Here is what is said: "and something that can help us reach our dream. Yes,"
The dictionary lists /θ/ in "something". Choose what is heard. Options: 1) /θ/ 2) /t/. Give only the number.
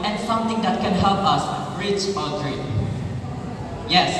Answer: 2